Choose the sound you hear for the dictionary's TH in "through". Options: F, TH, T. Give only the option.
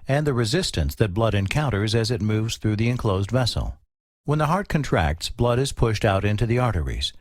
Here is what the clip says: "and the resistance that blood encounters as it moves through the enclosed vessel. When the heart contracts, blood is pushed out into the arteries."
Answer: TH